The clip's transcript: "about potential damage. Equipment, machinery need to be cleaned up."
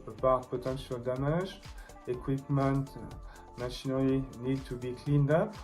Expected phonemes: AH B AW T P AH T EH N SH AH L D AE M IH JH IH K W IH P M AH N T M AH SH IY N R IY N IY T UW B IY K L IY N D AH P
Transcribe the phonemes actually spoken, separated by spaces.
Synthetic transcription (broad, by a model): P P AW P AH T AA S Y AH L D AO M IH ZH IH K W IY P M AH N T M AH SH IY N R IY N IY T UW B IY K L IY N D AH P